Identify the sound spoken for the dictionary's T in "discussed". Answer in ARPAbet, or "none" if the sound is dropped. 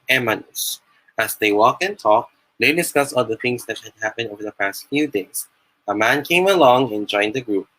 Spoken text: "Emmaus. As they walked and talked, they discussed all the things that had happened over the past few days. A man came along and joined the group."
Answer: none